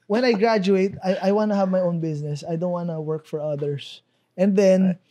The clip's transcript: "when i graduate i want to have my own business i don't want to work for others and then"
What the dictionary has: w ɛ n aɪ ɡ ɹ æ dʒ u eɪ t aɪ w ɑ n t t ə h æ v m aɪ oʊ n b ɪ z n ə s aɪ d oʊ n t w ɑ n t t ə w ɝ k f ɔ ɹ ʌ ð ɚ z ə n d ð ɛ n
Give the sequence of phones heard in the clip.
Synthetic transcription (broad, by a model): w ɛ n aɪ ɡ ɹ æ dʒ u eɪ t aɪ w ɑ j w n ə h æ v m aɪ oʊ n b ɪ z n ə s aɪ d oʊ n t w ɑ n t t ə w ɝ k f ɔ ɹ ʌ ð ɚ s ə n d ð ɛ n